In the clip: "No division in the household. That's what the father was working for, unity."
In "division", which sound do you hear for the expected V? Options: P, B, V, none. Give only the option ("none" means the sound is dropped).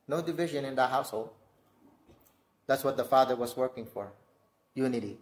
V